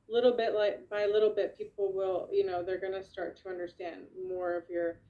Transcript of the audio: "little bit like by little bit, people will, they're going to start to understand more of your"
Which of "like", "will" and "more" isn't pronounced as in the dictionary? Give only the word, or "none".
will